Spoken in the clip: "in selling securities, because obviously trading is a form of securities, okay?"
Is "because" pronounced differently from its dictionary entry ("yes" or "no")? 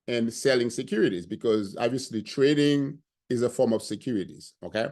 no